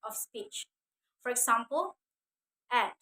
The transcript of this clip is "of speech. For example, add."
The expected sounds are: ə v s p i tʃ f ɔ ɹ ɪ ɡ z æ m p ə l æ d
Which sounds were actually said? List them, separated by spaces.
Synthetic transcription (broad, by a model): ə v s p i tʃ f ɔ ɹ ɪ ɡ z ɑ m p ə l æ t